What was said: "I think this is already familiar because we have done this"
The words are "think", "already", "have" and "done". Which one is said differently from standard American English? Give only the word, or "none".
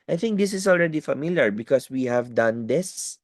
none